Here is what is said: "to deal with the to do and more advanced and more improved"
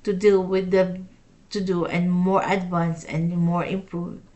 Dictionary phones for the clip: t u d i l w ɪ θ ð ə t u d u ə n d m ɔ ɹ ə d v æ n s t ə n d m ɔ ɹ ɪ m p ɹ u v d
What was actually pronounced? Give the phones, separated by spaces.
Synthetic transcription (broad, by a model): t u d i l w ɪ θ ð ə t u d u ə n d m ɔ ɹ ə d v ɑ n s ə n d m ɔ ɹ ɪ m p ɹ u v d